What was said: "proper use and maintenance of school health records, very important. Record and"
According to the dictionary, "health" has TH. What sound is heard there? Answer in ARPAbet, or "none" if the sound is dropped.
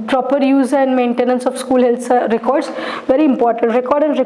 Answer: S